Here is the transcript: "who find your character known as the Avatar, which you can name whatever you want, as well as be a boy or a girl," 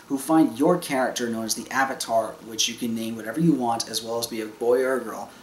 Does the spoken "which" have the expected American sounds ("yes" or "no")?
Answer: yes